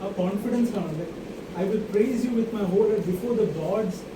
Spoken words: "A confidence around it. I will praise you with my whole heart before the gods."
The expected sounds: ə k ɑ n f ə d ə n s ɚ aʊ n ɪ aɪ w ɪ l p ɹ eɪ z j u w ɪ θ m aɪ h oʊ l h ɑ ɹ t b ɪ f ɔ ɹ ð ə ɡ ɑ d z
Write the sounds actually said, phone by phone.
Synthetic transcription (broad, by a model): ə k ɑ n f ə d ə n s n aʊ l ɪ aɪ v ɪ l p ɹ eɪ z j u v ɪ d m aɪ h oʊ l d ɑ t b ɪ f ɔ ɹ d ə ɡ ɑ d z